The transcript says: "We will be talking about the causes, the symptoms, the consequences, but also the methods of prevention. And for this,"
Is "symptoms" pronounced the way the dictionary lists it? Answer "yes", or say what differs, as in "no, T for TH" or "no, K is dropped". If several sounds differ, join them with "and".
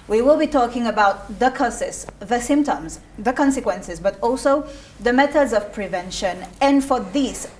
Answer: yes